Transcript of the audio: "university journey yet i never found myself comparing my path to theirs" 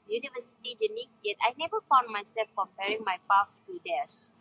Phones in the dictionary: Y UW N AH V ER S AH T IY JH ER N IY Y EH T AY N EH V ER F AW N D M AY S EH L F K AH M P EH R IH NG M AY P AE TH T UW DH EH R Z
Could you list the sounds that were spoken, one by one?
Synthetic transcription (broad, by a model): Y UW N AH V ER S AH T IY JH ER N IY Y EH T AY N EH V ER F AW N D M AY S EH L F K AH M P EH R IH NG M AY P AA F T UW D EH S